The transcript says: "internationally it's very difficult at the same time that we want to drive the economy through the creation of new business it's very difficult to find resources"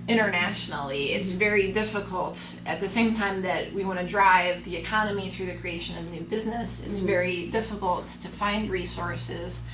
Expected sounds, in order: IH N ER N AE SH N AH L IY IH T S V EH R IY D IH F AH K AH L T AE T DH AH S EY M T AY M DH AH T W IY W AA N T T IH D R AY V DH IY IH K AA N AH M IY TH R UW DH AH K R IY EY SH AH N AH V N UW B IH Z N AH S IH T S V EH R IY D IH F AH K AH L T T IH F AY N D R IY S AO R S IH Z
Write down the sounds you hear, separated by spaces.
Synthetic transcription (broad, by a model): IH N ER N AE SH N L IY IH T S V EH R IY D IH F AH K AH L T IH T DH AH S EY M T AY M DH AH T W IY W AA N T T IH D R AY V DH IY IH K AA N AH M IY TH R UW DH AH K R IY EY SH AH N AH V N UW B IH Z N AH S IH T S V EH R IY D IH F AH K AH L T T IH F AY N D R IY S AO R S IH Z